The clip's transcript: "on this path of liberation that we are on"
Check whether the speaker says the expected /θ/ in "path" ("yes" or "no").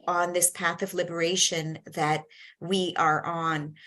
yes